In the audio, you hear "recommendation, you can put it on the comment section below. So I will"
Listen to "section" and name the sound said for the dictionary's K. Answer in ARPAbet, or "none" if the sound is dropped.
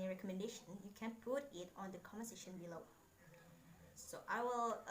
none